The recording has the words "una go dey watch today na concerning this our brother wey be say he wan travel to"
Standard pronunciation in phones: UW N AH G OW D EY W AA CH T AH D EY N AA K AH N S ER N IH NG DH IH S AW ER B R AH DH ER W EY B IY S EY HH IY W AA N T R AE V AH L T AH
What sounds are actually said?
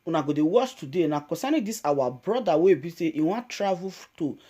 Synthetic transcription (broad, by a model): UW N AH G OW D EY W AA S T AH D EY N AA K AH S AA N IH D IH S AW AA B R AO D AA W EY B IY S EY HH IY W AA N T R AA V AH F T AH